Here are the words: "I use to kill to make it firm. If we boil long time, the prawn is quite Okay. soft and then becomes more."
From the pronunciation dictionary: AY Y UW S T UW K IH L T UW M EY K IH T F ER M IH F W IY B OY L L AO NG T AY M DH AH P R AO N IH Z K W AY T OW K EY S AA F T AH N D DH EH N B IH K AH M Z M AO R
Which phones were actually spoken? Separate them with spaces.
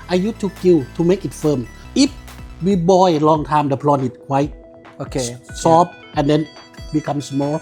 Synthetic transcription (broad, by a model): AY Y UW T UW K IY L T UW M EY K IH T F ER M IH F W IY B OY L L AO NG T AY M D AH P L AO N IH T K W AY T OW K EY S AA P T AH N D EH N B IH K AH M S M AO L